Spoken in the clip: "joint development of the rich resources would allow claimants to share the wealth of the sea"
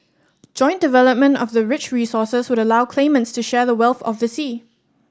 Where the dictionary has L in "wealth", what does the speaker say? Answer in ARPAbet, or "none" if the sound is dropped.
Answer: L